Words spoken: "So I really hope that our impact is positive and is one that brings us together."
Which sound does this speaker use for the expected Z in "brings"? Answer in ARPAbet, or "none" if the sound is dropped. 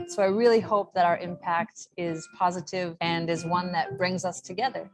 Z